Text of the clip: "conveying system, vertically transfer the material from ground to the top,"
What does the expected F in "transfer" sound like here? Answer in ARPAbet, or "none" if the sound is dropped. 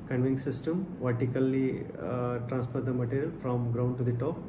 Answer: P